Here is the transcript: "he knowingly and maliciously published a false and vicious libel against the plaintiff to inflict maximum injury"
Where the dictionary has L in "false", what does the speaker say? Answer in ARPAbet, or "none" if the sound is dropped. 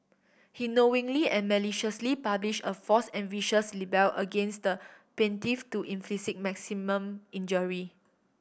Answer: none